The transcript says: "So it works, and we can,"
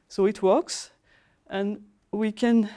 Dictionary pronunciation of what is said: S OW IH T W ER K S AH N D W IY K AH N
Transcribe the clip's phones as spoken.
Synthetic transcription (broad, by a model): S OW IH T W ER K S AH N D W IY K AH N